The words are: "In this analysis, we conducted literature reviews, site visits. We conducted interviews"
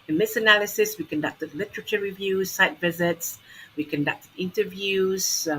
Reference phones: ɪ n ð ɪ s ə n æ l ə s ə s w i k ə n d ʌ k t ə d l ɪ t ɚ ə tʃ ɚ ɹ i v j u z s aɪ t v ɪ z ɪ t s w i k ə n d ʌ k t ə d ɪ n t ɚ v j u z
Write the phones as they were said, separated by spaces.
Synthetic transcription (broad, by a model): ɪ n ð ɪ s ə n æ l ə s ə s w i k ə n d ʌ k t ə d l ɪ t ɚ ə tʃ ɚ ɹ i v j u z s aɪ t v ɪ z ɪ t s w i k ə n d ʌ k t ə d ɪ n t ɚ v j u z